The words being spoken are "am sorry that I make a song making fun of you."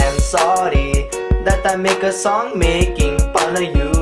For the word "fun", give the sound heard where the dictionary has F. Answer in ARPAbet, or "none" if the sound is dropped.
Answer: P